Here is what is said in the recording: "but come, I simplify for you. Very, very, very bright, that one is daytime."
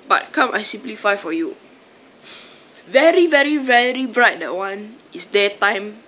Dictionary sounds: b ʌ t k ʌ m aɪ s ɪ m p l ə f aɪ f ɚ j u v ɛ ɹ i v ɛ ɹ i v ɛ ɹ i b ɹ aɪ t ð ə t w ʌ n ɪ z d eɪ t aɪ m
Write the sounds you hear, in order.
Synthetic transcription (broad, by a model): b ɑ t k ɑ m aɪ s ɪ m p l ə f aɪ f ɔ j u v ɛ ɹ i v ɛ ɹ i v ɛ ɹ i b ɹ aɪ t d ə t w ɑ n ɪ s d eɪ t aɪ m